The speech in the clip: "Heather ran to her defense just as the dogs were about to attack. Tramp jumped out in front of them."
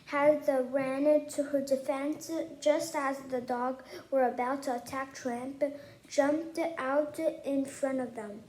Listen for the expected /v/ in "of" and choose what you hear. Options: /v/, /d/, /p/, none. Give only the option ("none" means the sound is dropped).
/v/